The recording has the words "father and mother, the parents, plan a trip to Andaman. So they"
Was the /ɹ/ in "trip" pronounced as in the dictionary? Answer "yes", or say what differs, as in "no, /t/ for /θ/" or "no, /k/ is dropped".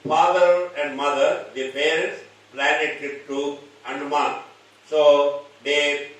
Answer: no, /ɹ/ is dropped